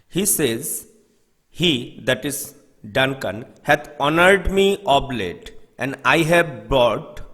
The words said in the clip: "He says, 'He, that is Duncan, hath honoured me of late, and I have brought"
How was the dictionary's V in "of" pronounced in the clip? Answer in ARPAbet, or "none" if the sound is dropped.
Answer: B